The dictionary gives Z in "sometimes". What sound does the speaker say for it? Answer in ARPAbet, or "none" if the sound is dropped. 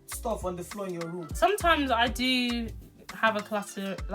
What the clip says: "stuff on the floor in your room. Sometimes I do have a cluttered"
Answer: Z